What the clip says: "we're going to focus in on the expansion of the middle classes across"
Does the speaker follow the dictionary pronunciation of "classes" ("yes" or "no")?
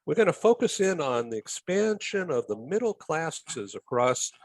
yes